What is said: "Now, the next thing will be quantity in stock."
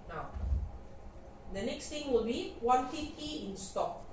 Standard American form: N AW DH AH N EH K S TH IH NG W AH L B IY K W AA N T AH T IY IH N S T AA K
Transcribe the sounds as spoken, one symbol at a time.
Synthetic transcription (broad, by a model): N AW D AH N EH K S T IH NG W AH L B IY W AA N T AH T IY IH N S T AA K